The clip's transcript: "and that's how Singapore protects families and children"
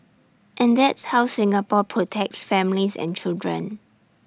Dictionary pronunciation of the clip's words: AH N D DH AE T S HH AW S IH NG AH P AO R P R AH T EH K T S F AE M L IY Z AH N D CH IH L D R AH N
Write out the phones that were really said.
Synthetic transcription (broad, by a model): AH N D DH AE T S HH AW S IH NG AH P AO P R AH T EH K T S F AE M L IY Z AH N CH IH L D R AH N